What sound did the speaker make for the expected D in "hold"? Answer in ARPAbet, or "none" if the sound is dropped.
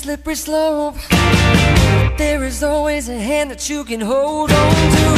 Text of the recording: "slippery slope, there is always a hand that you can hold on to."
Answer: D